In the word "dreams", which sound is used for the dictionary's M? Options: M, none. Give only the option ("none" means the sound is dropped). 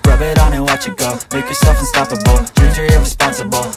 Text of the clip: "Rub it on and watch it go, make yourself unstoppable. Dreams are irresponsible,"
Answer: none